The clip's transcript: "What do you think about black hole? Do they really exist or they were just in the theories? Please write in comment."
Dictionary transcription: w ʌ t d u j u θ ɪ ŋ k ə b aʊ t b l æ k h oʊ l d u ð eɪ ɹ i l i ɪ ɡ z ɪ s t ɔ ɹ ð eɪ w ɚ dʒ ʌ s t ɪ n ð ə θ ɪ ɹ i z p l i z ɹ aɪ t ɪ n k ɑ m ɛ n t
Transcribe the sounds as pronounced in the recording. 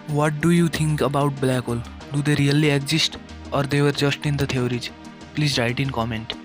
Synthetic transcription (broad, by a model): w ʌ t d u j u t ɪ ŋ k ə b aʊ t b l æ k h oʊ l d u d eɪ ɹ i l i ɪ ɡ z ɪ s t ɔ ɹ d eɪ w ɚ dʒ ʌ s t ɪ n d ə t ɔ ɹ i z p l i z ɹ aɪ t ɪ n k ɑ m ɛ n t